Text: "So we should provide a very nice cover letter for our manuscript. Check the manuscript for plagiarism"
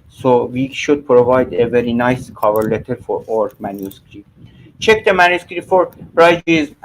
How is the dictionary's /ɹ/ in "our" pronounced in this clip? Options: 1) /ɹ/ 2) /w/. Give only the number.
1